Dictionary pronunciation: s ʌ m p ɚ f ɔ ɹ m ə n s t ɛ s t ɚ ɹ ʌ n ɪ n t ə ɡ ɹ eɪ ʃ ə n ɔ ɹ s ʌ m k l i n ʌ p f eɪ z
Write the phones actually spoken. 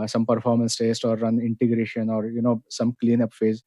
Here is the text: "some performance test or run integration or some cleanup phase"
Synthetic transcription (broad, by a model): s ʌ m p ɚ f ɔ ɹ m ə n s t ɛ s t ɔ ɹ ʌ n ɪ n t ə ɡ ɹ eɪ ʃ ə n ɔ ɹ s ʌ m k l i n ʌ p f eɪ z